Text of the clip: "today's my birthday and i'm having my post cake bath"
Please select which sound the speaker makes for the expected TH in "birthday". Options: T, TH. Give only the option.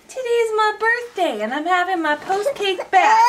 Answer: TH